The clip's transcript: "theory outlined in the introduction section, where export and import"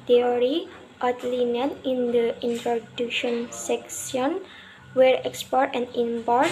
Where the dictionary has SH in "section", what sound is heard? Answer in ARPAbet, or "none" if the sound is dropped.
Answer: S